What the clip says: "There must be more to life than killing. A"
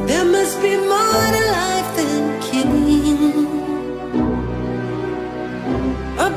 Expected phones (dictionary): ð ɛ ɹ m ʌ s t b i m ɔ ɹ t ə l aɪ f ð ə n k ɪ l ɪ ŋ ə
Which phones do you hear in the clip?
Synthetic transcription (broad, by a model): ð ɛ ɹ m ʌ s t b i m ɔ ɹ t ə l aɪ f ð ə n k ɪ n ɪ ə